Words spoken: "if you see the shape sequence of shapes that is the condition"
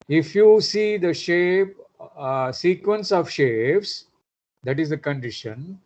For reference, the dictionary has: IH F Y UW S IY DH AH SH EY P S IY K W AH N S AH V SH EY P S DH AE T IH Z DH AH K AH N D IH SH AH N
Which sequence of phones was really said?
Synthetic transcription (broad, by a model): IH F Y UW S IY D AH SH EY P S IY K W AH N S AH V SH EY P S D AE T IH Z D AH K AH N D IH SH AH N